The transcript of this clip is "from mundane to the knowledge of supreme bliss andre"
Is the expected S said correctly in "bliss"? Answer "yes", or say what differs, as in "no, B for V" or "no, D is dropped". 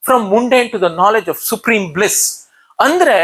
yes